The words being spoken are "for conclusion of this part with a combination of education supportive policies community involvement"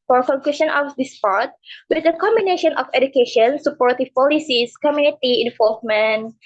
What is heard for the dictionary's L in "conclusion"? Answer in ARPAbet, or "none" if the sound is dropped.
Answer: none